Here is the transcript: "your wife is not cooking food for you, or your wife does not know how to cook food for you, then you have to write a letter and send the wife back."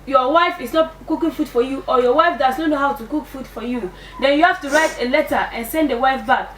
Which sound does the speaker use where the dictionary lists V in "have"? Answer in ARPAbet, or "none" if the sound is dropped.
F